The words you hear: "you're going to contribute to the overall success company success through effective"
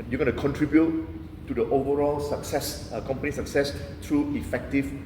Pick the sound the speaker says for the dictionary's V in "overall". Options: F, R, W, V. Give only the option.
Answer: V